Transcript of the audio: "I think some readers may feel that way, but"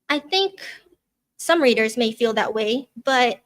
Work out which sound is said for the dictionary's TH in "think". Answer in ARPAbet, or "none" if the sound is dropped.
TH